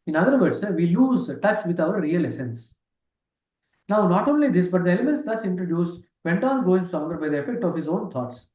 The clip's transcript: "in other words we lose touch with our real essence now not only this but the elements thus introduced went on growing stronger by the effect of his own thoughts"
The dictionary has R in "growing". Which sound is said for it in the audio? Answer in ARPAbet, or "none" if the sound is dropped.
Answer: none